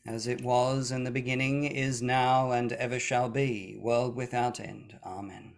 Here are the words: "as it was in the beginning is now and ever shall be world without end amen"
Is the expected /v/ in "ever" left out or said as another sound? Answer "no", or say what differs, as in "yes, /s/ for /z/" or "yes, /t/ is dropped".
no